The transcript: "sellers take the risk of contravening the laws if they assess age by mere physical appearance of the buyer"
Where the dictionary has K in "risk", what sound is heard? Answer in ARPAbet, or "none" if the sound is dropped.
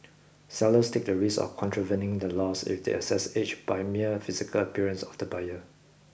none